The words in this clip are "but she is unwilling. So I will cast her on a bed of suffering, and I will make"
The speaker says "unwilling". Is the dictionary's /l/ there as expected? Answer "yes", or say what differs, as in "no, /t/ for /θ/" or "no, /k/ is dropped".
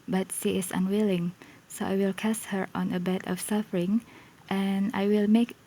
yes